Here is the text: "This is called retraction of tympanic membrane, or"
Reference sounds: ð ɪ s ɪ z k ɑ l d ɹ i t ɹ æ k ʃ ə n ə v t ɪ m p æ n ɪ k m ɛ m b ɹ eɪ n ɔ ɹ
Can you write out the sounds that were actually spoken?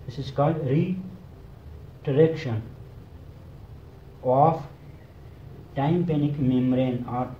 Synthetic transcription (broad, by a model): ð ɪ s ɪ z k ɑ l d ɹ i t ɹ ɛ k ʃ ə n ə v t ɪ m p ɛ n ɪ k m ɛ m ɹ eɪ n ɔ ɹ